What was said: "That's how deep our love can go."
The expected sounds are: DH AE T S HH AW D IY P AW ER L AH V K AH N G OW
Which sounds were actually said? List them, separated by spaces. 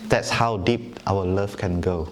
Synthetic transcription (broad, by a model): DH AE T S HH AW D IY P AW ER L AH F K AH N G OW